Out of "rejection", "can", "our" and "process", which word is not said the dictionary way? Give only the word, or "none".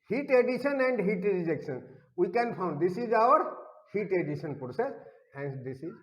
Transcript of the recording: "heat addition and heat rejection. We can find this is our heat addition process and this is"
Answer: none